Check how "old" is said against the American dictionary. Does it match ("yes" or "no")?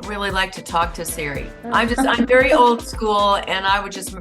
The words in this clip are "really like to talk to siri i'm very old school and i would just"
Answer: yes